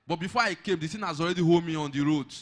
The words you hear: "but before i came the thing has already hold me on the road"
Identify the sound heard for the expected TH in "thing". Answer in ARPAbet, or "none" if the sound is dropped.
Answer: S